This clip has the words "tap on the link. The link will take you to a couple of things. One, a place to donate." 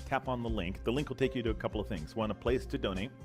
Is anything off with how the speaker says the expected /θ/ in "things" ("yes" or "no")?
no